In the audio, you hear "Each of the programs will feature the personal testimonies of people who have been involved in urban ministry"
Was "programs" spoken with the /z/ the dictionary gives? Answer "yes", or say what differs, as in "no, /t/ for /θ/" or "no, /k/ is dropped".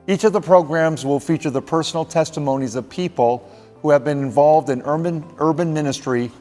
yes